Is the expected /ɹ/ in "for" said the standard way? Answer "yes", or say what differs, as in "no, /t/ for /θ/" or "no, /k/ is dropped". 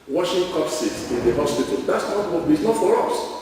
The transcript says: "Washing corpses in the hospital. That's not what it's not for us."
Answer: yes